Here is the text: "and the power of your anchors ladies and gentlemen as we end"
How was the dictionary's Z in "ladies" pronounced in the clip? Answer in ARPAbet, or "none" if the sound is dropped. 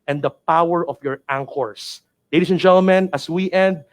S